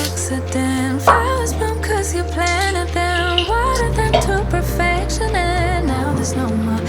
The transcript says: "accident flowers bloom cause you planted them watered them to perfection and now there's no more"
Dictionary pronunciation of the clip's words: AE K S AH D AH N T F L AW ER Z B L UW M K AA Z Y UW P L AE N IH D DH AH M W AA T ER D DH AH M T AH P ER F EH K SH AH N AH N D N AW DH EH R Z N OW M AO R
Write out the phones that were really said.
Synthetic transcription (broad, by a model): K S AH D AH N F AW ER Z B UW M K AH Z Y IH P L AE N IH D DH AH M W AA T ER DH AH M T AH P ER F EH K SH AH N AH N N AW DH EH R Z N OW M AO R